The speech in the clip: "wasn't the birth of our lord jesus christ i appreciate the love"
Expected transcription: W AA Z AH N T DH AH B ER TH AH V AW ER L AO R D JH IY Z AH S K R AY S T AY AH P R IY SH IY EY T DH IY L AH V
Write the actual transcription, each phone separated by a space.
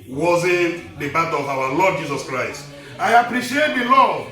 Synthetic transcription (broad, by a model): W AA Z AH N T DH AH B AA T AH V AW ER L AO D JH IY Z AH S K R AY S T AY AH P R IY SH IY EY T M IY L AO